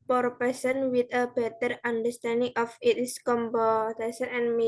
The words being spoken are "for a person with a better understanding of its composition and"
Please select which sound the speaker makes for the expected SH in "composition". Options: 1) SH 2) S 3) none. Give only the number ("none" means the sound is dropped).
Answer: 2